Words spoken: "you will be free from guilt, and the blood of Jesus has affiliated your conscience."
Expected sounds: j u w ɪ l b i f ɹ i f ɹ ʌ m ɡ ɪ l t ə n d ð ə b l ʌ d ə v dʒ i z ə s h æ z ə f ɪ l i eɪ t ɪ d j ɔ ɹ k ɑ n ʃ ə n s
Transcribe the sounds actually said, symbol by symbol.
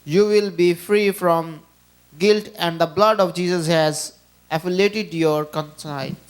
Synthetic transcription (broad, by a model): j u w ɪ l b i f ɹ i f ɹ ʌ m ɡ ɪ l t ə n d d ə b l ʌ d ə v dʒ i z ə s h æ z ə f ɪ l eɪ t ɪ d j ɔ ɹ k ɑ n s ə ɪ